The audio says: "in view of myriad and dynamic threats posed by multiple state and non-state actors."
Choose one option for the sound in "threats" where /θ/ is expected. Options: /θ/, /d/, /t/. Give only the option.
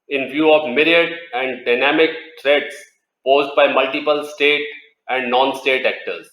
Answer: /t/